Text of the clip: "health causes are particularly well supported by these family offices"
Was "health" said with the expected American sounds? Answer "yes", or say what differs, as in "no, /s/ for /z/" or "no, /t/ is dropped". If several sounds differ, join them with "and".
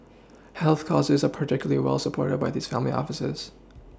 yes